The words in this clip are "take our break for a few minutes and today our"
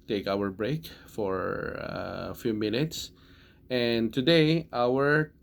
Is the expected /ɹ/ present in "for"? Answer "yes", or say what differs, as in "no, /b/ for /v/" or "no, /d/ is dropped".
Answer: yes